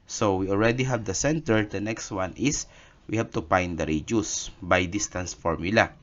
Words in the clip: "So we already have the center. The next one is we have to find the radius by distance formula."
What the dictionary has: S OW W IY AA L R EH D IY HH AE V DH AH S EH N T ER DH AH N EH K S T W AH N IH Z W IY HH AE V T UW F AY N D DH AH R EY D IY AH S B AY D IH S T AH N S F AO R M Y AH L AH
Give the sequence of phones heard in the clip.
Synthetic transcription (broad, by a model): S OW W IY AA L R EH D IY HH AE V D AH S EH N T ER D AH N EH K S T W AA N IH S W IY HH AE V T UW P AY N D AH R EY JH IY S B AY D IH S T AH N S F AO R M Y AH L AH